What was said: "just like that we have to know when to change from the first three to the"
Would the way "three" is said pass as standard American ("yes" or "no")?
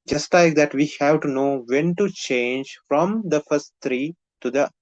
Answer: no